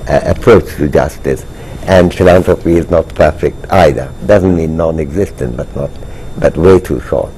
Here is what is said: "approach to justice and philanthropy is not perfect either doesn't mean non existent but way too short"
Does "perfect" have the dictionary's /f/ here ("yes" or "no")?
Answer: yes